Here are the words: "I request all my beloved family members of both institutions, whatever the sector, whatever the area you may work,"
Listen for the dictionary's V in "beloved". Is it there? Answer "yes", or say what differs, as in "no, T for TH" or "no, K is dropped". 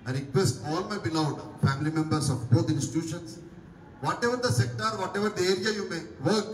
no, V is dropped